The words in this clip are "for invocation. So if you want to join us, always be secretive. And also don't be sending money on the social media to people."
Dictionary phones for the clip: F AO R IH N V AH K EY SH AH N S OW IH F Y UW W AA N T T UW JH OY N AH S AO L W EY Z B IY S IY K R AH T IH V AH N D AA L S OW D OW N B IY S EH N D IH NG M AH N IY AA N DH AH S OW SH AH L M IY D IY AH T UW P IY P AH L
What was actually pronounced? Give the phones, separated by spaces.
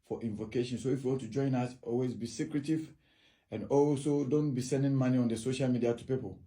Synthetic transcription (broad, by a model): F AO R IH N V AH K EY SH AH N S OW IH F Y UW W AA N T T UW JH OY N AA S AO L W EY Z B IY S IY K R AH T IH V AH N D AA L S OW D OW N B IY S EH N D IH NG M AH N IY AA N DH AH S OW SH AH L M IY D IY AH T UW P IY P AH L